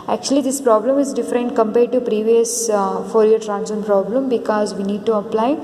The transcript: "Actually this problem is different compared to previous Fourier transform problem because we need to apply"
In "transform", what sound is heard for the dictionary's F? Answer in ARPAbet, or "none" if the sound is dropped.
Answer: none